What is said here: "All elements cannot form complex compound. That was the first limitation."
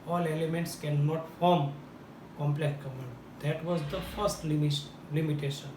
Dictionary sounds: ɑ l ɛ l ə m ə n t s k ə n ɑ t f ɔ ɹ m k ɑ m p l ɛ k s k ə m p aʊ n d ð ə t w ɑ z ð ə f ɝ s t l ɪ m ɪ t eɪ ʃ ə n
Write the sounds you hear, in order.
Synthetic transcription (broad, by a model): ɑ l ɛ l ə m ə n t s k ə n ɑ t f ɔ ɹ m k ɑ m p l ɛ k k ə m aʊ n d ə t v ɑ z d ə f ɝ s t l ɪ m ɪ t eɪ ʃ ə n